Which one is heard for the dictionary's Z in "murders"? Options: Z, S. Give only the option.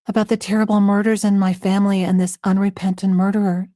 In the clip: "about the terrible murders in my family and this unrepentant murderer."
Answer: Z